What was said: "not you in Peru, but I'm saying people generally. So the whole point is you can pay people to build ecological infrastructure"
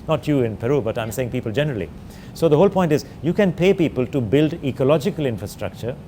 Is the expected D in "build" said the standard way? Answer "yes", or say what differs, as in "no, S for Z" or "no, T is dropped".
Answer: yes